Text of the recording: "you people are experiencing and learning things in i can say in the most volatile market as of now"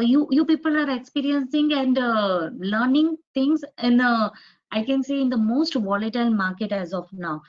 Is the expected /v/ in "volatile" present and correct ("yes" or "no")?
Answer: yes